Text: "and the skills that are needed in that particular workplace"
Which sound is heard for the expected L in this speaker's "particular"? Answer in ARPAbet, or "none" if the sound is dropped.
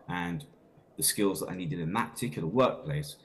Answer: N